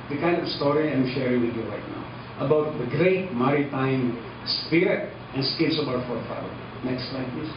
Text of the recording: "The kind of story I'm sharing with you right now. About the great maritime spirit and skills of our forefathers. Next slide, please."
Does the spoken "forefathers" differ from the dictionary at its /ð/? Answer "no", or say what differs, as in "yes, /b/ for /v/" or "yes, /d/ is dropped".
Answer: yes, /ð/ is dropped